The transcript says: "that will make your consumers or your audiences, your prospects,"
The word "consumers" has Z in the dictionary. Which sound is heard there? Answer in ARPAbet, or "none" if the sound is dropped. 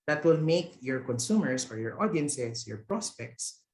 S